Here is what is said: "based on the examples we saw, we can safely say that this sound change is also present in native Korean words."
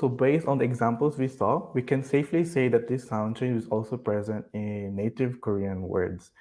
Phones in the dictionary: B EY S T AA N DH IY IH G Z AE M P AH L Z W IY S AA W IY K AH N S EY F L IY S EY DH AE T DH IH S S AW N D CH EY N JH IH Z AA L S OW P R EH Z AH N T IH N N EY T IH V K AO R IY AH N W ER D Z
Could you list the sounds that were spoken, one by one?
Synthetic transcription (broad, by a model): B EY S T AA N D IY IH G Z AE M P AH L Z W IY S AA W IY K AH N S EY F L IY S EY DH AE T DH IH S S AW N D SH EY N IH Z AA L S OW P R EH Z AH N T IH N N EY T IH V K AO R IY AH N W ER D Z